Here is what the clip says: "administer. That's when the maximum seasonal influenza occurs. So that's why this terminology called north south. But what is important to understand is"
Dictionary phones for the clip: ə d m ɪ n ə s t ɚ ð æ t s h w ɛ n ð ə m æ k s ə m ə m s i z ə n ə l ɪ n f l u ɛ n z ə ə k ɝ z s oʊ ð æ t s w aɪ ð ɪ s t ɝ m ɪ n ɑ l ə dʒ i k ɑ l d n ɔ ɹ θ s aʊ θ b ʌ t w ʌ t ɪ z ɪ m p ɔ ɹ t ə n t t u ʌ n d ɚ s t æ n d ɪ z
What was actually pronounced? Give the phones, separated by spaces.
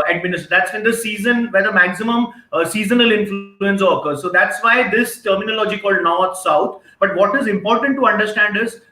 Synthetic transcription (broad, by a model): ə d m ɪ n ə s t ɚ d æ t s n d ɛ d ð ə m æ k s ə m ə m s i z ə n ə l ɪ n f l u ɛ n s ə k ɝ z s oʊ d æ t s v aɪ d ɪ s t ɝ m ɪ n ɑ l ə dʒ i k ɑ l d n ɔ ɹ t s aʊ t b ʌ t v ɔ t ɪ z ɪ m p ɔ ɹ t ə n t t u ʌ n d ɚ s t æ n d ɪ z